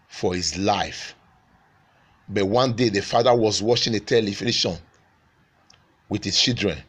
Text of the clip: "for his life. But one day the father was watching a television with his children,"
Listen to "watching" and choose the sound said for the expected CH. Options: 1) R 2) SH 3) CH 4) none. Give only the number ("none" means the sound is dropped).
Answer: 2